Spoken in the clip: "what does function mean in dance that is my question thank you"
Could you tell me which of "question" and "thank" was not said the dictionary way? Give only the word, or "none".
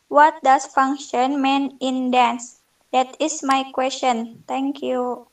thank